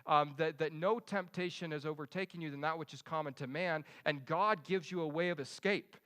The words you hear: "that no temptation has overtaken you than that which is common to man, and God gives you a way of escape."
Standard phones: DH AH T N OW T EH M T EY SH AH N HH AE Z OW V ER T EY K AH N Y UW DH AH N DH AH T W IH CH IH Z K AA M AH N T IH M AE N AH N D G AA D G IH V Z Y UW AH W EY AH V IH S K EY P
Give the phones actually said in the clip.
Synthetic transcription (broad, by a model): DH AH T N OW T EH M T EY SH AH N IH Z OW V ER T EY K AH N Y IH DH AH N DH AH T W IH CH IH Z K AA M AH N T IH M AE N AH N G AA D G IH V Z Y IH AH W EY AH V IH S K EY P